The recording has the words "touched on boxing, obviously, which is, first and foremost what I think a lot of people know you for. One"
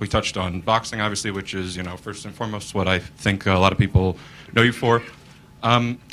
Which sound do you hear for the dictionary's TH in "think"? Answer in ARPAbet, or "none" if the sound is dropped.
TH